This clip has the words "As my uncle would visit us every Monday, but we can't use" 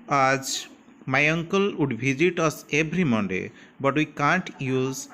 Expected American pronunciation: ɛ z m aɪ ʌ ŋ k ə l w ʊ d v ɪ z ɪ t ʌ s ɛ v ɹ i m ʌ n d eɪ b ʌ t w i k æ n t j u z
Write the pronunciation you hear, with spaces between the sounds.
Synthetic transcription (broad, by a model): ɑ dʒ m aɪ ʌ ŋ k ə l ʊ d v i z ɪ t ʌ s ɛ b ɹ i m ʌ n d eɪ b ʌ t w i k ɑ n t j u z